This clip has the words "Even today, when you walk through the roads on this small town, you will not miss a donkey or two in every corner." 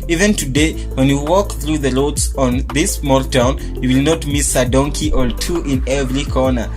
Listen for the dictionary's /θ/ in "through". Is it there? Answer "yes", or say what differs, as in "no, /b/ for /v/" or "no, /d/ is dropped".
yes